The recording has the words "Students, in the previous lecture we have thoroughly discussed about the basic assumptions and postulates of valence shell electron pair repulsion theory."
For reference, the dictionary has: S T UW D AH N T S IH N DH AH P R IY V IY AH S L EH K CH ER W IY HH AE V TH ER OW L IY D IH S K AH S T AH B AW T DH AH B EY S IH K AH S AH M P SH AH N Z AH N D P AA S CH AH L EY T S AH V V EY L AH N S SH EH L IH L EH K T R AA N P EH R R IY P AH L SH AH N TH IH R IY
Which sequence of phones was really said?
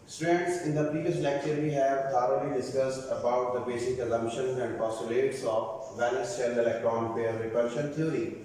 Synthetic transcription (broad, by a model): S T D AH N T S IH N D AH P R IY V IY AH S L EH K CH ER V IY HH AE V T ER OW L IY D IH S K AH S T AH B AW T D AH B EY S IH K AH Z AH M SH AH N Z AH N D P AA S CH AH L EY T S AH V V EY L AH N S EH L IH L EH K T R AA N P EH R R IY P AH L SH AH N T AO R IY